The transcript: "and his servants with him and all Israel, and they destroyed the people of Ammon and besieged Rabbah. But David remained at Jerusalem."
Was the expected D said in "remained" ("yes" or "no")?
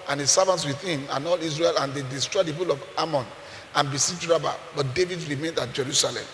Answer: yes